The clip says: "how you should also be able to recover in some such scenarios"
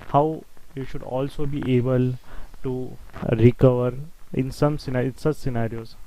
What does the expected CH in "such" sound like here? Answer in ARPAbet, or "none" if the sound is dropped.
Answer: S